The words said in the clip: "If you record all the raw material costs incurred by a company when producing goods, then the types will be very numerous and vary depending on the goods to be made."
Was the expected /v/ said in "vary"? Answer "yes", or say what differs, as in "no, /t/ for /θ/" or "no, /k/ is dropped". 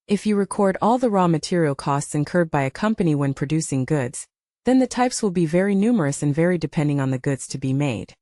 yes